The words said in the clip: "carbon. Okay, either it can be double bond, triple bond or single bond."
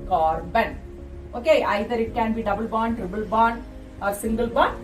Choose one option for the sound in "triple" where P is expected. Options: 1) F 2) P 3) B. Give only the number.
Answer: 3